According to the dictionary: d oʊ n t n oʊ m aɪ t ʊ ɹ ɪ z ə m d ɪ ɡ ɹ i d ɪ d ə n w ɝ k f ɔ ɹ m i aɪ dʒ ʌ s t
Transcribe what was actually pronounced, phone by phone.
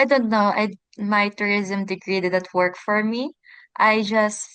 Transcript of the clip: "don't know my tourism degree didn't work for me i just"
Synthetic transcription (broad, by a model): d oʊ n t n oʊ m aɪ t ʊ ɹ ɪ z ə m d ɪ ɡ ɹ i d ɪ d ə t w ɝ k f ɔ ɹ m i aɪ dʒ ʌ s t